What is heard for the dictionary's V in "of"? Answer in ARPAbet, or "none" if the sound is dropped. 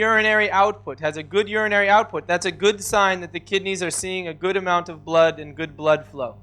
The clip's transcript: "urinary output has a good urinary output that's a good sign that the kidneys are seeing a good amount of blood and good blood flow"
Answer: V